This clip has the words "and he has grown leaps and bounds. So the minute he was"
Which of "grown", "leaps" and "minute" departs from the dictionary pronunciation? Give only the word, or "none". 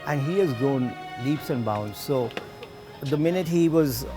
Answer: grown